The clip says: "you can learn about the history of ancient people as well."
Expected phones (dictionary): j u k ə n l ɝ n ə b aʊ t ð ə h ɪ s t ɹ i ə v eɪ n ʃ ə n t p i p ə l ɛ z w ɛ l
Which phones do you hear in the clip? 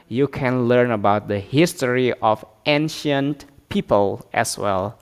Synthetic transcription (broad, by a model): j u k ə n l ɝ n ə b aʊ t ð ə h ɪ s t ɹ i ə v eɪ n ʃ ə n t p i p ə l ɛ s w ɛ l